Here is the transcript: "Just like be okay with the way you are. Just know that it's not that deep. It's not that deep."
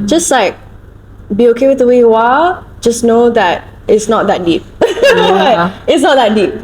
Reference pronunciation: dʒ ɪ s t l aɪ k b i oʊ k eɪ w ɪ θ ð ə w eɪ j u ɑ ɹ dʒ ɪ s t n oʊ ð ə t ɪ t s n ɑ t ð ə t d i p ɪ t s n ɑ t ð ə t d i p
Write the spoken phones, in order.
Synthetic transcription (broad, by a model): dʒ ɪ s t l aɪ k b i oʊ k eɪ w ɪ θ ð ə w eɪ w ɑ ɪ l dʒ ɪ s n oʊ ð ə t ɪ t s n ɑ t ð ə t d i p ɪ t s n ɑ t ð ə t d i p